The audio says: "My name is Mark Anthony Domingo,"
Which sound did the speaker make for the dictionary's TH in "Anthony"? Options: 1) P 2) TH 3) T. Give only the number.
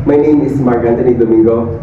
3